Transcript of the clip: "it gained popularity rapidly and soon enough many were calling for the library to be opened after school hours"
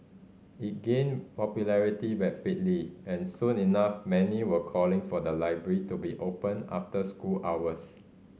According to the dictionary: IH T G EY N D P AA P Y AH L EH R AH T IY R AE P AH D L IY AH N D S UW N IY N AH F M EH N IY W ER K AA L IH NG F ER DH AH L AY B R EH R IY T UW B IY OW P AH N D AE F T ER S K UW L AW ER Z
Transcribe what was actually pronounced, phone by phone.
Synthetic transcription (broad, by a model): IH T G EY N P AA P Y AH L EH R AH T IY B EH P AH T L IY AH N S UW N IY N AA F M EH N IY W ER K AA L IH NG F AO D AH L AY B R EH R IY T UW B IY OW P AH N AA F T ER S K UW L AW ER S